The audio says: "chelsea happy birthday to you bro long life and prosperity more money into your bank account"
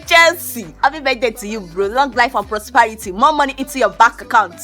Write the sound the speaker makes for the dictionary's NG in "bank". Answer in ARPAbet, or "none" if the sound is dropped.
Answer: none